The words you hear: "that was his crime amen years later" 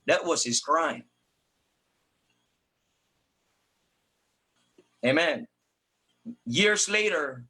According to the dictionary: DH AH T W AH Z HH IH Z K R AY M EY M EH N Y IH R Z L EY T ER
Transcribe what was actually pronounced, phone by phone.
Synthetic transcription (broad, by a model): DH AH T W AH Z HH IH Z K R AY M EY M EH N Y IH R Z L EY T ER